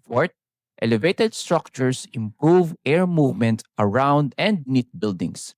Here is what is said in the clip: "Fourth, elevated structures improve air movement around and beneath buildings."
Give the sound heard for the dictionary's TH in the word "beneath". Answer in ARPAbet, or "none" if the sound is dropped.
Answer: T